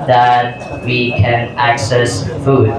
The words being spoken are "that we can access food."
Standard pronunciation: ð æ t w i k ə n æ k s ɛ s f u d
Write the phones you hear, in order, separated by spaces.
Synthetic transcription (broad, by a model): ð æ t w i k ə n æ k s ɛ s f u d